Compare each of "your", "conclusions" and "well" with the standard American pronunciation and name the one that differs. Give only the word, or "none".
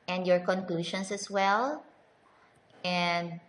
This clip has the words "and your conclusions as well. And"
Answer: conclusions